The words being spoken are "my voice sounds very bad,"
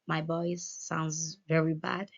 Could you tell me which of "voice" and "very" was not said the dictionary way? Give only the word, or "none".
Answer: voice